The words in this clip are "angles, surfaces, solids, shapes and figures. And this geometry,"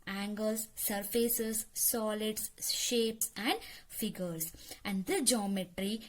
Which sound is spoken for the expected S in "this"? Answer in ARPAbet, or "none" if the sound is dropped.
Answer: none